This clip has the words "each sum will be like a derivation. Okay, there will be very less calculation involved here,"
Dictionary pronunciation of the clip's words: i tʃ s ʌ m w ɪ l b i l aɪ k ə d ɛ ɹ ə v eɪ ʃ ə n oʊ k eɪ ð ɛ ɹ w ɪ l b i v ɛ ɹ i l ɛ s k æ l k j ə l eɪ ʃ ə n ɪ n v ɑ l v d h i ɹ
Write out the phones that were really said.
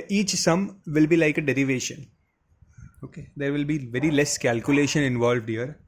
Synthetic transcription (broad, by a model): i tʃ s ʌ m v ɪ l b i l aɪ k ə d ɛ ɹ ə v eɪ ʃ ə n oʊ k eɪ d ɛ ɹ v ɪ l b i v ɛ ɹ i l ɛ s k æ l k j ə l eɪ ʃ ə n ɪ n v ɑ l v d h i ɹ